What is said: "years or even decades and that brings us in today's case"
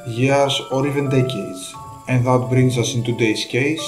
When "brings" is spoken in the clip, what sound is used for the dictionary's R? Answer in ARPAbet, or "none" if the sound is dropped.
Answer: R